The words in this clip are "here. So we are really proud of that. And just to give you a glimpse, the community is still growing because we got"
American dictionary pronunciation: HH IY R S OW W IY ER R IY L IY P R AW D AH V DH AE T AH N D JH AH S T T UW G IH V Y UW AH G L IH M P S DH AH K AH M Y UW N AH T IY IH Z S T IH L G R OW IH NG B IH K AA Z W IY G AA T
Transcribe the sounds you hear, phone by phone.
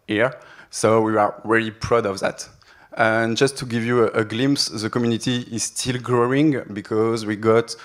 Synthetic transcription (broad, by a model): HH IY R S OW W IY ER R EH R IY P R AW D AH V DH AE T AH N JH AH S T T UW G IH V Y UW AH G L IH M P S DH AH K AH M Y UW N AH T IY IH Z S T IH L G R OW IH NG B IH K AA Z W IY G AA T